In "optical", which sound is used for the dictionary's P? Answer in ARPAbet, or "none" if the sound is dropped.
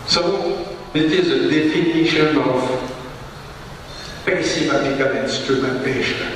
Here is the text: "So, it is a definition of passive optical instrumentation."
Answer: none